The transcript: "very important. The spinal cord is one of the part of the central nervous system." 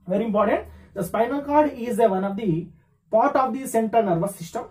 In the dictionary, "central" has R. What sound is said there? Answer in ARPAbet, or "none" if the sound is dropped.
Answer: none